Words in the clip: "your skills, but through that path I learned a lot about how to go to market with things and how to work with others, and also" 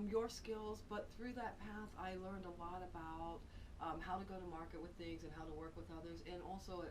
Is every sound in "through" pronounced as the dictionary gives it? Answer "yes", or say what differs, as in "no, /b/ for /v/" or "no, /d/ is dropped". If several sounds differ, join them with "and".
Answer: yes